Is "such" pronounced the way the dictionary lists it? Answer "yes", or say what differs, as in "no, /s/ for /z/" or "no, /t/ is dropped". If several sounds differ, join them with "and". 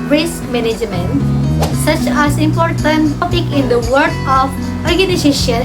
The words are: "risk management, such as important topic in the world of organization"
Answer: yes